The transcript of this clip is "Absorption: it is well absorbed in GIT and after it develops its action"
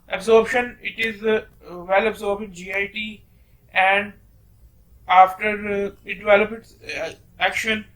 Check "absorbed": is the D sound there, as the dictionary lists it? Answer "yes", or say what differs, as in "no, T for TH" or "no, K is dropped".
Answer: no, D is dropped